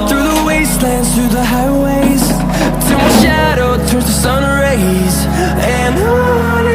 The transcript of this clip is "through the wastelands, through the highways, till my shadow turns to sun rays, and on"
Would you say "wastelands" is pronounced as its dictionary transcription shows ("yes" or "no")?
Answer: yes